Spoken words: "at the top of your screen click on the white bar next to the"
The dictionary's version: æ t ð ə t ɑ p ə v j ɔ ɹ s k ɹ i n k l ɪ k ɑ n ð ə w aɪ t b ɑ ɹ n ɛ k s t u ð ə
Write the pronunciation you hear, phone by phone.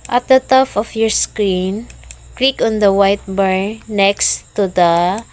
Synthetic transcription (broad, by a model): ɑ t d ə t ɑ f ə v j ɔ ɹ s k ɹ i n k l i k ɑ n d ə w aɪ t b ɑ ɹ n ɛ k s t u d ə